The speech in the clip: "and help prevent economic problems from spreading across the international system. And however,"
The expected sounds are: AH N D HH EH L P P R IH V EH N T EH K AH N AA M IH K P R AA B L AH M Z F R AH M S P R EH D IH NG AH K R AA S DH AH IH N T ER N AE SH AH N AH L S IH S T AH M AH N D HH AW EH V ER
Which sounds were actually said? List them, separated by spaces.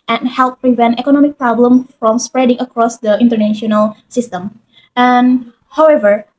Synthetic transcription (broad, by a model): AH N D HH EH L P P R IH V EH N T EH K AH N AA M IH K P R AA B L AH M F R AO M S P R EH D IH NG AH K R AA S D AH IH N T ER N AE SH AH N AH L S IH S T AH M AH N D HH AW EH V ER